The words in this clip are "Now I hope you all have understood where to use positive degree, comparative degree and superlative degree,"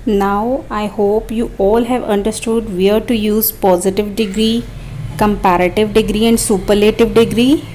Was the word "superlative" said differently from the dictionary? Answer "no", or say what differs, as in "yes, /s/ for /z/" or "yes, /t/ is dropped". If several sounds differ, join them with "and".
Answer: no